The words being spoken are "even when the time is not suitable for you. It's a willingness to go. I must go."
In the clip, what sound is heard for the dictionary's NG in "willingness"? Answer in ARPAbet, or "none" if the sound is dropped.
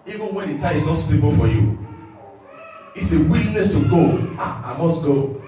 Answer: none